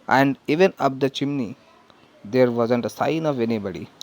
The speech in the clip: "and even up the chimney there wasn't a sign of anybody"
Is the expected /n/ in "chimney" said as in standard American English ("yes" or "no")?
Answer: yes